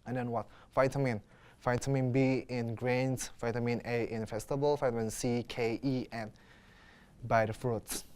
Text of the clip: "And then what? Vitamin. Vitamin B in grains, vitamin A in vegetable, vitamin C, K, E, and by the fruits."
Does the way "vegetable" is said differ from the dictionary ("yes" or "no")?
yes